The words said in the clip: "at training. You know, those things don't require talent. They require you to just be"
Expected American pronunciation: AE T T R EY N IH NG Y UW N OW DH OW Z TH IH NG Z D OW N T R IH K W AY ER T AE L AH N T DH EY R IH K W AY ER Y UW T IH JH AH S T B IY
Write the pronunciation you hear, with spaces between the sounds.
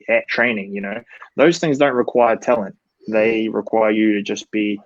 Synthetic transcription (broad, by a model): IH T T R EY N IH NG Y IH N OW DH OW Z TH IH NG Z D OW N T R IH K W AY ER T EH L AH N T DH EY R IH K W AY ER Y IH T IH JH AH S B IY